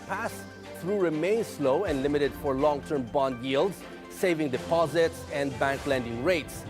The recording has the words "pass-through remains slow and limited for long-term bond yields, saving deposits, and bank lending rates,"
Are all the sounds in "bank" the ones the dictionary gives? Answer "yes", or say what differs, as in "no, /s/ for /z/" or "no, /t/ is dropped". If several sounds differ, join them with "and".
yes